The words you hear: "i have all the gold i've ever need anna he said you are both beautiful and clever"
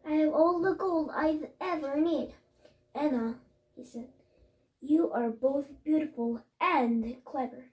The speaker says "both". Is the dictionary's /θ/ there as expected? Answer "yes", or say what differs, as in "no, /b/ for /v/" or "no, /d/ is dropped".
yes